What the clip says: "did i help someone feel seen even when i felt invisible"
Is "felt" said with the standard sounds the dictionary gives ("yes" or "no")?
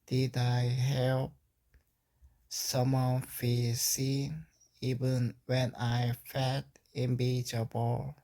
no